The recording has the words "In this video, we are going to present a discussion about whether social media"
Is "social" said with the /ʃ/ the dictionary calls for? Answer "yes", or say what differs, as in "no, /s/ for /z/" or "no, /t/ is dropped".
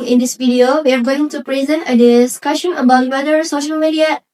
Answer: yes